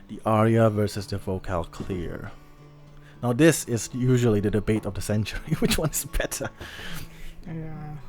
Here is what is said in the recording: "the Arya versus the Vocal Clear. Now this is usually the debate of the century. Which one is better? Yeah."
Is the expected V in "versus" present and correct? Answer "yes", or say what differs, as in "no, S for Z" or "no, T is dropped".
yes